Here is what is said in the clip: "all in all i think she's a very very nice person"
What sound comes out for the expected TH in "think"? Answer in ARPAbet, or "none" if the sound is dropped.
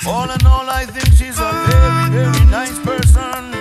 TH